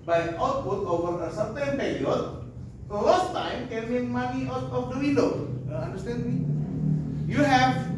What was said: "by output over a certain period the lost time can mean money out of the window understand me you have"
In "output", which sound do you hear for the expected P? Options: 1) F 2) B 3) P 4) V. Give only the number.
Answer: 2